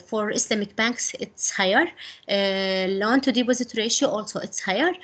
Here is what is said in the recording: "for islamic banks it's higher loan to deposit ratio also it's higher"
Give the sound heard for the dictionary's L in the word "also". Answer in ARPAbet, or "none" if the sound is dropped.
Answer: L